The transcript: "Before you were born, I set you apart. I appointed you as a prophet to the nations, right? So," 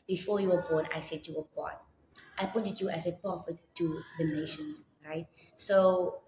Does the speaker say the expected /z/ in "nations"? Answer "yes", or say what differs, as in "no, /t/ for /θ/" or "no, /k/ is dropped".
no, /s/ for /z/